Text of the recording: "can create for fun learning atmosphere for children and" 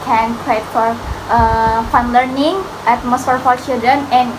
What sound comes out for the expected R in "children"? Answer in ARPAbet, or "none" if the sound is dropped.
none